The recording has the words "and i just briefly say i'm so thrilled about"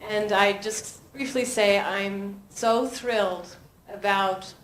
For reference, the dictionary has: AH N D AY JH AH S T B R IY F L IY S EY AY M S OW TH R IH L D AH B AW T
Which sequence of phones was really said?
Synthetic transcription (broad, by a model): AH N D AY JH AH S T B R IY F L IY S EY AY M S OW TH R IH L D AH B AW T